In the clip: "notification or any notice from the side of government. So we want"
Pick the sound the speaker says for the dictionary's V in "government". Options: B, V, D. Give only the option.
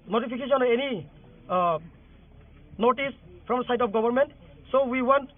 B